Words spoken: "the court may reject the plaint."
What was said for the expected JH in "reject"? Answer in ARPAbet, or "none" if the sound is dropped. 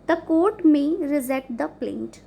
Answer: Z